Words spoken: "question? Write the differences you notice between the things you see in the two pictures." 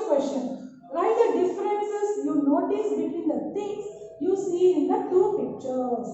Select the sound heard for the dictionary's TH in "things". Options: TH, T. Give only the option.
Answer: T